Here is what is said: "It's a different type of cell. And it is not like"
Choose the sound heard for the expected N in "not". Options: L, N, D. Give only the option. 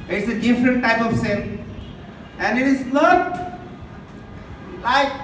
L